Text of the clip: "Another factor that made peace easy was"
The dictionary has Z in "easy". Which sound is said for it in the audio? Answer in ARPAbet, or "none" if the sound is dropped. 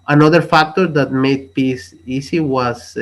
S